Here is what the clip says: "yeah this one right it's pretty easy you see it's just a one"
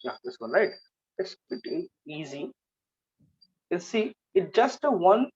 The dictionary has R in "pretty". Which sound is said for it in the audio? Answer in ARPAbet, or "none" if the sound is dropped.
none